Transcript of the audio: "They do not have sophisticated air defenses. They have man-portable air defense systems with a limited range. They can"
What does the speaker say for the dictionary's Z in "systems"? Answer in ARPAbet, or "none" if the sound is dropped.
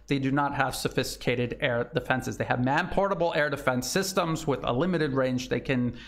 Z